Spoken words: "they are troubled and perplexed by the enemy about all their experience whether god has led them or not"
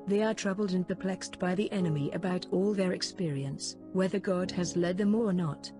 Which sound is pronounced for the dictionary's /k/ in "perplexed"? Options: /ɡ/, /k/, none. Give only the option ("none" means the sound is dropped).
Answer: /k/